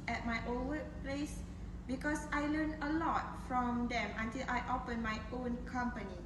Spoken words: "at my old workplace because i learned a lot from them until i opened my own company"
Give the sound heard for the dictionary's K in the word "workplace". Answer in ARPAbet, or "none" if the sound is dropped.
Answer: none